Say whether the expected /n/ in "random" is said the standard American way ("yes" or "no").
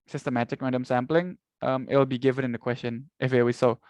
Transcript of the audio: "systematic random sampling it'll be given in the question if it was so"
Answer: no